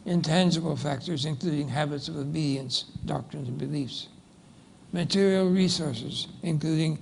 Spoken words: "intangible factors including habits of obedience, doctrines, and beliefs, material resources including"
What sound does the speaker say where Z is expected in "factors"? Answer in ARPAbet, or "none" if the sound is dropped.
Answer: Z